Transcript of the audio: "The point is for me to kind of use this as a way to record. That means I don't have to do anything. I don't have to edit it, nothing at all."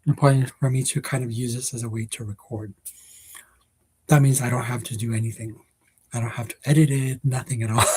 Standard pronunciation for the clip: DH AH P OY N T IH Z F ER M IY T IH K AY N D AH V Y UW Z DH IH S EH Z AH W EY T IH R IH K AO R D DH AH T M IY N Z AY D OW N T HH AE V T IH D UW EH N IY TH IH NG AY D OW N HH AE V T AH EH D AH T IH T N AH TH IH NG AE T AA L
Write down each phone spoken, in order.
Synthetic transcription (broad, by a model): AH P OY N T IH F ER M IY T IH K AY N D AH V Y UW Z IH S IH Z AH W EY T IH R IH K AO R D DH AH T M IY N Z AY D OW N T HH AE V T IH D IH EH N IY TH IH NG AY D OW N HH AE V T AH EH D AH T IH T N AH TH IH NG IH T AA L